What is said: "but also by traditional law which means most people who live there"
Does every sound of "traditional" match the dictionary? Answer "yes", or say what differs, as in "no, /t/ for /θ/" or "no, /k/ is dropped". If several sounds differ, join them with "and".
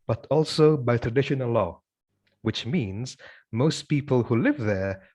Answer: yes